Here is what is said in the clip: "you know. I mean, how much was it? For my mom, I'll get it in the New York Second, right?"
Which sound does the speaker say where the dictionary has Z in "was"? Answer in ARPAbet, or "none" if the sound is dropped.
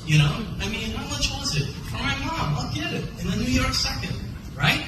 Z